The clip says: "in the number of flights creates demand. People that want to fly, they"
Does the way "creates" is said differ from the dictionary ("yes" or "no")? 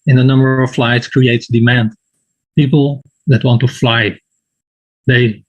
no